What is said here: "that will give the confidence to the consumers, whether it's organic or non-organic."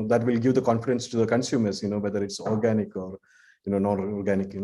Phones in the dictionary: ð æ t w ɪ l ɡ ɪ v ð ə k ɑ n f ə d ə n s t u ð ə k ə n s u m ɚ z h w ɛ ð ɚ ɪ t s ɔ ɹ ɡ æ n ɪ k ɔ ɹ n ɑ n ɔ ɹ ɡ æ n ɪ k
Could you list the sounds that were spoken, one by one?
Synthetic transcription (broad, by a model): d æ t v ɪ l ɡ ɪ v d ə k ɑ n f ə d ə n s t u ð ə k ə n s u m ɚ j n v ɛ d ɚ ɪ t s ɔ ɹ ɡ æ n ɪ k ɔ ɹ n ɑ n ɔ ɹ ɡ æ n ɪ k